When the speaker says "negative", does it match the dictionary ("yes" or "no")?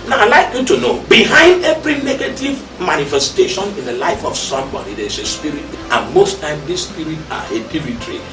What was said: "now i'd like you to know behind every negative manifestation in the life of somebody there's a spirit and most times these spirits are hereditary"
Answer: yes